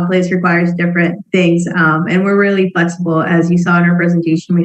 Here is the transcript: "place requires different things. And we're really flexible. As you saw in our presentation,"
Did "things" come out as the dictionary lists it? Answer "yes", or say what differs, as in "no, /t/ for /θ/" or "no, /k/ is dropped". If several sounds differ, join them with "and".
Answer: yes